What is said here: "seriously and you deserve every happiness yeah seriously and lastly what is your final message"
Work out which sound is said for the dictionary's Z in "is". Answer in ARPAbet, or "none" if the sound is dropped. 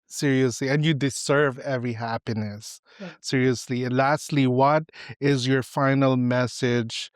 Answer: Z